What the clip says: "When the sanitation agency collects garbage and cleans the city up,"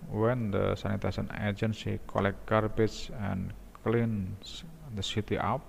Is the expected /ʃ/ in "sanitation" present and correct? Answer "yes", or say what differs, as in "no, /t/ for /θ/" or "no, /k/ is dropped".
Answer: no, /s/ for /ʃ/